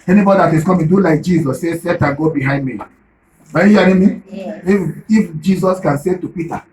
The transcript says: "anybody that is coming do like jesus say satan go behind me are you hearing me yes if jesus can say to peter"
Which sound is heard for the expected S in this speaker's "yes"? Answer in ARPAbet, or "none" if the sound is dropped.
none